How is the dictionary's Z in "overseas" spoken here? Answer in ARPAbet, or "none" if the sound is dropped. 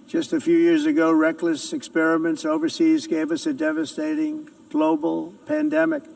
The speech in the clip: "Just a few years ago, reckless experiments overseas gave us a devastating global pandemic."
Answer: Z